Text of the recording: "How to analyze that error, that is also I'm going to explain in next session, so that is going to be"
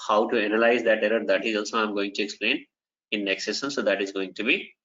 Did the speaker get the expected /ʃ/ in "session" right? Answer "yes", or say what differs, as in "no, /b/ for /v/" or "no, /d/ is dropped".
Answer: no, /s/ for /ʃ/